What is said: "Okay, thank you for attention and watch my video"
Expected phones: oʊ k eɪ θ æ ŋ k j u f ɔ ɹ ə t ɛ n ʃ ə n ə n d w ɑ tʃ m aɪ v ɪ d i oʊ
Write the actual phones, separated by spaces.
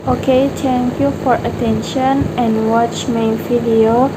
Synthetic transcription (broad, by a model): oʊ k eɪ t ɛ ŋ k j u f ɔ ɹ ə t ɛ n ʃ ə n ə n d w ɑ tʃ m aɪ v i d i oʊ